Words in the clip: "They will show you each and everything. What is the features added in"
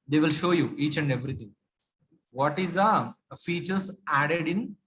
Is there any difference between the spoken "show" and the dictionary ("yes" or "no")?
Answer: no